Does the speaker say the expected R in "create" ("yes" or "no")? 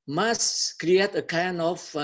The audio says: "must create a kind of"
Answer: yes